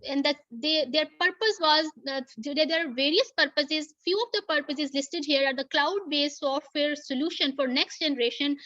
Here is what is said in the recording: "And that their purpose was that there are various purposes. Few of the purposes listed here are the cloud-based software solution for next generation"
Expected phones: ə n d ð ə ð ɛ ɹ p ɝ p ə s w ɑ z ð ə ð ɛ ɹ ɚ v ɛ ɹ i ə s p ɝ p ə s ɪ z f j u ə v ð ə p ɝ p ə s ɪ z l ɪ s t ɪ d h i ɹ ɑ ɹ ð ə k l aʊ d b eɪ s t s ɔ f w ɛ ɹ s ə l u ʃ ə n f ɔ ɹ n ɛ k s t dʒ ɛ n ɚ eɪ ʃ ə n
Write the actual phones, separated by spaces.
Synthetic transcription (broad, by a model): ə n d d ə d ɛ ɹ p ɝ p ə s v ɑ z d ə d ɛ ɹ v ɛ ɹ i ə s p ɝ p ə s ɪ z f j u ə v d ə p ɝ p ə s ɪ z l ɪ s t ɪ d h i ɹ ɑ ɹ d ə k l aʊ d b eɪ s s ɔ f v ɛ ɹ s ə l u ʃ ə n f ɔ ɹ n ɛ k s t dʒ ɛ n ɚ eɪ ʃ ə n